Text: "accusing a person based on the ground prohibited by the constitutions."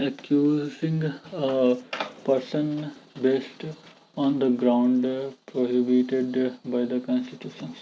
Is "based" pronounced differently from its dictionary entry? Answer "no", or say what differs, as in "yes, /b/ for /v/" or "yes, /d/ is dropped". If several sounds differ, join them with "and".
no